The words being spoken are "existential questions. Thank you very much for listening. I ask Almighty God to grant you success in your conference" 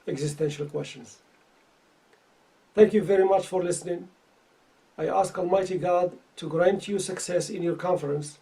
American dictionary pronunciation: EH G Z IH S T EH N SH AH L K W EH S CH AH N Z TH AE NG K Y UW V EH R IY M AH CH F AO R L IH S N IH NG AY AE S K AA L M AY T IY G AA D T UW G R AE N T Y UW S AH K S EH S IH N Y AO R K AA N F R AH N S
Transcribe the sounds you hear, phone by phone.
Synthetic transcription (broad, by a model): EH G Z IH S T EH N SH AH L K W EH S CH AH N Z TH AE NG K Y UW V EH R IY M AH CH F AO R L IH S N IH NG AY AE S K AA L M AY T IY G AA D T UW G R AE N T Y UW S AH K S EH S IH N Y AO R K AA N F R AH N S